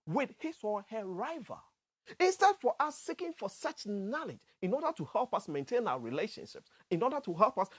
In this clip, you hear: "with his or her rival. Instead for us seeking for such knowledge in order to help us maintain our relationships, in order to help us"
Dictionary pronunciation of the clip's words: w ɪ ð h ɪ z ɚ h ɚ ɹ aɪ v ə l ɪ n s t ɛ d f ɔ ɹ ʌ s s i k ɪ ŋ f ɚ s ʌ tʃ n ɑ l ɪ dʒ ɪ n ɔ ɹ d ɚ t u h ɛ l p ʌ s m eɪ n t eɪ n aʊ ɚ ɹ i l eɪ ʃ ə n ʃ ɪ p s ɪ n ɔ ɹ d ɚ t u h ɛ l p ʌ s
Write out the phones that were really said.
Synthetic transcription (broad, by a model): w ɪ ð h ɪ s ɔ h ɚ ɹ aɪ v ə ɪ n s t ɛ d f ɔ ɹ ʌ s s i k ɪ ŋ f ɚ s ʌ tʃ n ɑ l ɪ dʒ ɪ n ɔ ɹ d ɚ t u h ɛ l p ʌ s m eɪ n t eɪ n aʊ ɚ ɹ i l eɪ ʃ ə n ʃ ɪ p s ɪ n ɔ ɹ d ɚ t u h ɛ l p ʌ s